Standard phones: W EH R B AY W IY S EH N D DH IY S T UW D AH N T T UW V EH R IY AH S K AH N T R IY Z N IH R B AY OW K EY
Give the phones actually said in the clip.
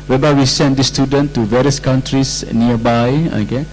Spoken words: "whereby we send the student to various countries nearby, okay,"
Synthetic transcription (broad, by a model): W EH B AY W IY S EH N D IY S T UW D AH N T T UW V EH R IY AH S K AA N T R IY S N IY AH B AY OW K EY